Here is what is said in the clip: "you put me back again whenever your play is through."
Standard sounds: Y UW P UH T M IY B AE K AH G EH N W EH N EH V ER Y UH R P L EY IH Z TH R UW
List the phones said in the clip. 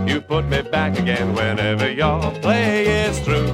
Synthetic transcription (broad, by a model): Y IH P UH T M IY B AE K AH G EH N W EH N EH V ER Y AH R P L EY IH Z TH R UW